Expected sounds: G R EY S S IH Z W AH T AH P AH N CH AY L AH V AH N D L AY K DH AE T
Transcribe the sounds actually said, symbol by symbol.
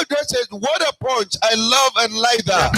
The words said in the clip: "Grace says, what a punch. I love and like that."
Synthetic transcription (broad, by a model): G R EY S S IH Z W AH T AH P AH CH AY L AH V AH N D L AY K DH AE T